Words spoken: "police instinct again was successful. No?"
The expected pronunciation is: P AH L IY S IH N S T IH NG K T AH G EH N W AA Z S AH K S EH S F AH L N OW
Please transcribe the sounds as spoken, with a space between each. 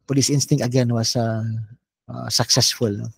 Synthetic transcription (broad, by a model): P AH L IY S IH N S T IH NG T AH G EH N W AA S S AH K S EH S F AH L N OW